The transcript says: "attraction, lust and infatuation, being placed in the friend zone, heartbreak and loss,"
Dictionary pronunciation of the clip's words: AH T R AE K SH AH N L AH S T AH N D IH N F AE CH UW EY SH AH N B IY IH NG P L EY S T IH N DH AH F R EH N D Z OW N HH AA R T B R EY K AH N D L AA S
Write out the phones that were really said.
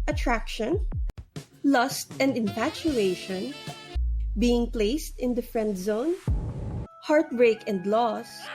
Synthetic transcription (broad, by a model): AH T R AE K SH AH N L AH S T AH N D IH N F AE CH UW EY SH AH N B IY IH NG P L EY S T IH N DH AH F R EH N D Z OW N HH AA R T B R EY K AH N D L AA S